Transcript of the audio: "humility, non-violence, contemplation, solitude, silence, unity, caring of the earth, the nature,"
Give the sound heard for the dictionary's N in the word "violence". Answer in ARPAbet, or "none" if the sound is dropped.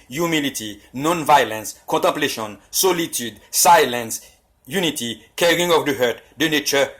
N